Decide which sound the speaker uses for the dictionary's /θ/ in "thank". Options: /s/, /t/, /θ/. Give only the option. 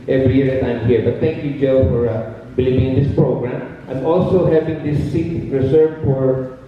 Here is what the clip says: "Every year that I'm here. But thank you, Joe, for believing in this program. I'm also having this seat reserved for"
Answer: /t/